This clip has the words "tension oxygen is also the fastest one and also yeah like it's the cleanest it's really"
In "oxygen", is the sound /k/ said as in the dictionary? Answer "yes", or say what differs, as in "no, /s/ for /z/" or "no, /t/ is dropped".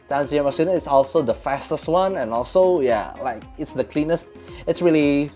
no, /k/ is dropped